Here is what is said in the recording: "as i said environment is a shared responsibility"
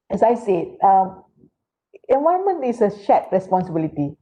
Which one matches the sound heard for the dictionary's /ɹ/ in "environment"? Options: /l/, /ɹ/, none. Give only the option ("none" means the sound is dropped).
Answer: none